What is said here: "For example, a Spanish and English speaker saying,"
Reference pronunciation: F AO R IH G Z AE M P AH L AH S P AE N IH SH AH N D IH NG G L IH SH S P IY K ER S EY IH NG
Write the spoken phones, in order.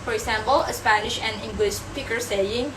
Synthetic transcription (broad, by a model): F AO R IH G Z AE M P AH L AH S P AE N IH SH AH N IH NG G L IH SH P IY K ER S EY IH NG